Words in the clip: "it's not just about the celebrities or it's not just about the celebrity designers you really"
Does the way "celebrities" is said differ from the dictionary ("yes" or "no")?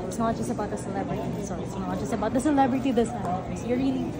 yes